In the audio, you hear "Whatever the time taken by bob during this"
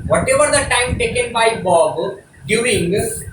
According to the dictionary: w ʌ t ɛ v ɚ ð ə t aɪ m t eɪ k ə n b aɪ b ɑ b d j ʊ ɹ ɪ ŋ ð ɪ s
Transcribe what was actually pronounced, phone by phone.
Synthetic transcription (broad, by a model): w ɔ t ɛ v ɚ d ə t aɪ m t eɪ k ə n b aɪ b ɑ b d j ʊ ɪ ŋ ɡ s